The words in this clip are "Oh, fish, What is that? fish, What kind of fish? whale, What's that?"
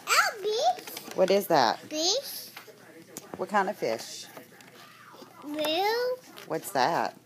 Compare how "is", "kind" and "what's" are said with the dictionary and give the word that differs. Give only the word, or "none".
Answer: none